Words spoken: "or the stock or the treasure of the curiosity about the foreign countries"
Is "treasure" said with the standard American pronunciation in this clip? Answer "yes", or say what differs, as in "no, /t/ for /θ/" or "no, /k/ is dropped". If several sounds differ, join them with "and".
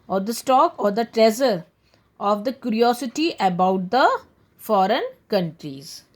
no, /z/ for /ʒ/